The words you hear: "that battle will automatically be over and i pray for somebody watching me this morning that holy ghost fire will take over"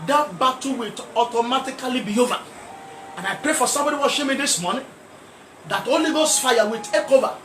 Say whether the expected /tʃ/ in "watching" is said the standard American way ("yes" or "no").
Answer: no